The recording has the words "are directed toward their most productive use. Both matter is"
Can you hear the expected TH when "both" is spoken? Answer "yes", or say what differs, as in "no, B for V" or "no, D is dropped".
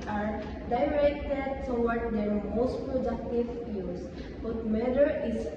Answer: no, T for TH